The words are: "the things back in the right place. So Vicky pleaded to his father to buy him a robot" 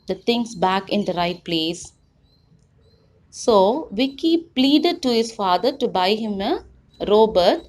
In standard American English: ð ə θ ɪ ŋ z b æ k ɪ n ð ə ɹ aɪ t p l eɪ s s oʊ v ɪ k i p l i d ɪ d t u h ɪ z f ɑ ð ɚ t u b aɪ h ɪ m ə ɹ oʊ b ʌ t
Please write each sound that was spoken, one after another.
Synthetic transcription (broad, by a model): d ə t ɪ ŋ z b æ k ɪ n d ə ɹ aɪ t p l eɪ s s oʊ v ɪ k i p l i d ɪ d t u h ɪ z f ɑ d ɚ t u b aɪ h ɪ m ə ɹ oʊ b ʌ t